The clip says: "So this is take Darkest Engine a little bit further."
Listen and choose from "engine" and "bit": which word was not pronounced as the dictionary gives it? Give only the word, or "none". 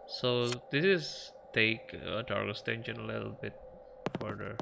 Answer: engine